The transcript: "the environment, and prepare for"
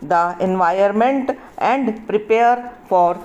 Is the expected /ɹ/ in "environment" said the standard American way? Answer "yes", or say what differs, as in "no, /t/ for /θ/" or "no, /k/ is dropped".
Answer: no, /ɹ/ is dropped